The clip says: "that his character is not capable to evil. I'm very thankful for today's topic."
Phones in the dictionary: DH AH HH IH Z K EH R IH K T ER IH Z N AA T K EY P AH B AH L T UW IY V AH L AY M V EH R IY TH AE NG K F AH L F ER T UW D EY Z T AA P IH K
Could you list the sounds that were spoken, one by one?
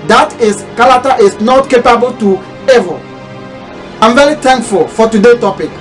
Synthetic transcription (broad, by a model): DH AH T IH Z K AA L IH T T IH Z N AA T K EY P AH B AH L T UW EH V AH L AY M V EH R IY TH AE NG K F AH L F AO T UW D EY T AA P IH K